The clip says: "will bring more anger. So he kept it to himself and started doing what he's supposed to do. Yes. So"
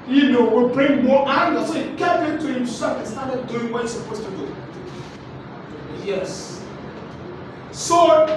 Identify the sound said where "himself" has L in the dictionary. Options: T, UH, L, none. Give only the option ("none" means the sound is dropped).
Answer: none